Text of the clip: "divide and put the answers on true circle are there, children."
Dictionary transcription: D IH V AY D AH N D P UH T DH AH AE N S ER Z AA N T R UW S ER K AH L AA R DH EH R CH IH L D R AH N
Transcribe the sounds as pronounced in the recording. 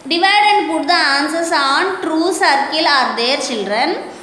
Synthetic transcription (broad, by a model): D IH V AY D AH N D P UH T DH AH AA N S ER S AA N T R UW S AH K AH L AA R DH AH R CH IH L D R AH N